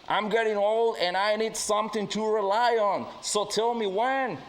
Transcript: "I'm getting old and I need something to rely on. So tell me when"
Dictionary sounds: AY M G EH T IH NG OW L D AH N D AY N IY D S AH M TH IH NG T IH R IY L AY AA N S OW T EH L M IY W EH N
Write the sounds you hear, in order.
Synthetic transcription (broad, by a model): AY M G EH T IH NG OW L D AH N AY N IY D S AH M TH IH NG T IH R IY L AY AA N S OW T EH L M IY W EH N